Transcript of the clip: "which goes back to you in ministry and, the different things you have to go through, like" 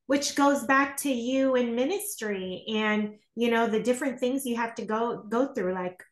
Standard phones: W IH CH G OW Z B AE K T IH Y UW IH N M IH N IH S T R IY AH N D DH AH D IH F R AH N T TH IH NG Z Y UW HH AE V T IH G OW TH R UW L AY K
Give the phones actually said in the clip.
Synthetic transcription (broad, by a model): W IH CH G OW Z B AE K T IH Y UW IH N M IH N IH S T R IY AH N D DH AH D IH F R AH N TH IH NG Z Y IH HH AE F T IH G OW TH R UW L AY K